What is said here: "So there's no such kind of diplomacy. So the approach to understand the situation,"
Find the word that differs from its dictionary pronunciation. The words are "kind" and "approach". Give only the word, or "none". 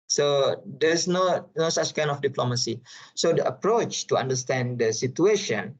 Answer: kind